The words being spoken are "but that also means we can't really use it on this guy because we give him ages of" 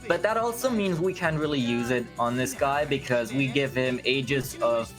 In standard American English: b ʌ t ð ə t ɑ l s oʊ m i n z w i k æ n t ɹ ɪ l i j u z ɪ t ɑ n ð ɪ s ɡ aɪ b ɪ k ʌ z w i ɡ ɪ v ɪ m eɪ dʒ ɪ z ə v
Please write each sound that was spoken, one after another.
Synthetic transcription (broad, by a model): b ʌ t ð ə t ɑ l s oʊ m i n z w i k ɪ n ɹ ɪ l i j u z ɪ t n ð ɪ s ɡ aɪ b ɪ k ʌ z w i ɡ ɪ v ɪ m eɪ dʒ ɪ z ə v